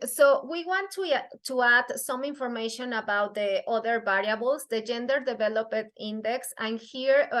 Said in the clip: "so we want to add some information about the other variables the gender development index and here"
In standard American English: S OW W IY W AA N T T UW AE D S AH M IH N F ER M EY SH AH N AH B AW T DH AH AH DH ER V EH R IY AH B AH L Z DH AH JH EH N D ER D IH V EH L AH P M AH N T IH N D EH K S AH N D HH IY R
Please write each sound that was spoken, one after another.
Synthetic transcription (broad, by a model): S OW W IY W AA N T T UW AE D S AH M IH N F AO M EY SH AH N AH B AW T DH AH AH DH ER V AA R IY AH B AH L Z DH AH JH EH N D ER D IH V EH L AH P AH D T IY N D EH K S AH N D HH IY R